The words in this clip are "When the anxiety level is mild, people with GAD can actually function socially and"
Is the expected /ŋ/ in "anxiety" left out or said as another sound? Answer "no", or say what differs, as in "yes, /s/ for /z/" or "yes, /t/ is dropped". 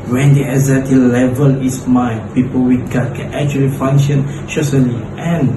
yes, /ŋ/ is dropped